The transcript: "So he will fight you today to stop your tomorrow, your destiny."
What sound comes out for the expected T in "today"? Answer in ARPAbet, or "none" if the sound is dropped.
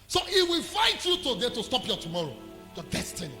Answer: T